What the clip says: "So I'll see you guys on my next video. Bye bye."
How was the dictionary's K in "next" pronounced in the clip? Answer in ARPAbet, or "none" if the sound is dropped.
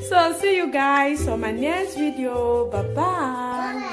none